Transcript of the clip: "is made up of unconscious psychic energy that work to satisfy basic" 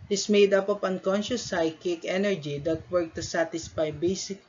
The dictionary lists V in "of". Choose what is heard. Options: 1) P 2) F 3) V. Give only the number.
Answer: 1